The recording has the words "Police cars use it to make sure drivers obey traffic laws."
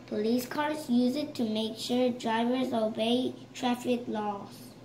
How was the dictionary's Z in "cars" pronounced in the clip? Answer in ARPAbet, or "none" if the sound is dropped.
S